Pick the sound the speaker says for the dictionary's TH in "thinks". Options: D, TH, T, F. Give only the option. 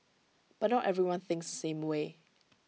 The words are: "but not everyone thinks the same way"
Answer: TH